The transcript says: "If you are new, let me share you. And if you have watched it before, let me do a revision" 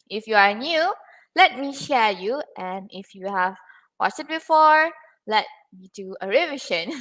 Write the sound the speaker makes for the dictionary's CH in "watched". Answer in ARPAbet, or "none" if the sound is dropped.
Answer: S